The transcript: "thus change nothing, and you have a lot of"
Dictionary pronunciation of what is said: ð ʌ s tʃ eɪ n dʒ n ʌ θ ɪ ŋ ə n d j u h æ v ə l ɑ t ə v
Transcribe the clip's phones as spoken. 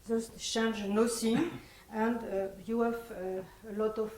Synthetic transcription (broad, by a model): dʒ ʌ s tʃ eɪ n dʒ n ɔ s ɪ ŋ ə n d j u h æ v ə l ɑ t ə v